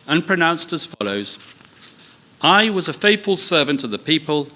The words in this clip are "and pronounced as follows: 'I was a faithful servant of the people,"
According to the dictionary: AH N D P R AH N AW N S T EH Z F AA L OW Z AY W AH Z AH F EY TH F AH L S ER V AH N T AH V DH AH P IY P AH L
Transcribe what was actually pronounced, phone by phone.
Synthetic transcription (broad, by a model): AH N P R AH N AW N S T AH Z F AA L OW Z AY W AH Z AH F EY TH F AH L S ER V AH N T AH V DH AH P IY P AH L